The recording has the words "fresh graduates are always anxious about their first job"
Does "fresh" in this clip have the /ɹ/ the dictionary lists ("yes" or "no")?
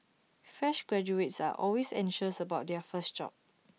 no